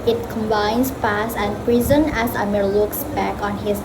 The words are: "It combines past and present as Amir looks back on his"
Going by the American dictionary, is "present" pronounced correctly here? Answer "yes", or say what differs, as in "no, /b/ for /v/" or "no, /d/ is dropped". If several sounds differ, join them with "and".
no, /t/ is dropped